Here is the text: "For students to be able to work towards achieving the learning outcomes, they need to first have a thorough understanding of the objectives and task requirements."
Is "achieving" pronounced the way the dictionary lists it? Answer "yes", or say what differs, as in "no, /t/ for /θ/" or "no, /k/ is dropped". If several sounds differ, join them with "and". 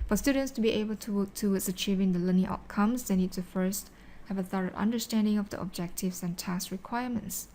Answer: yes